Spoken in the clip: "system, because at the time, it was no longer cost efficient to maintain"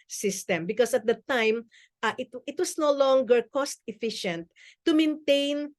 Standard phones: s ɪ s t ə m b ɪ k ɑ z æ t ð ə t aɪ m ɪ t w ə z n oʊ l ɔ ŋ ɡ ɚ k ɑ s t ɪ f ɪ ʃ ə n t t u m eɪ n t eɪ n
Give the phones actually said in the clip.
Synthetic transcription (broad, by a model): s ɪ s t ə m b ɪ k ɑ s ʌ t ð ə t aɪ m ɪ t w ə s n oʊ l ɔ ŋ ɡ ɚ k ɑ s t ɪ f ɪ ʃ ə n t t u m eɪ n t eɪ n